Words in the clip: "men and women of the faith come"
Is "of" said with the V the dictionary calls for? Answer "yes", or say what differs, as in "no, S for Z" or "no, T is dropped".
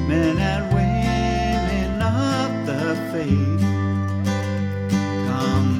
no, P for V